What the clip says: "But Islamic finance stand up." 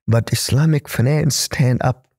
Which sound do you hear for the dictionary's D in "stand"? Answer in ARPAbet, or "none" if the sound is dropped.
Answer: D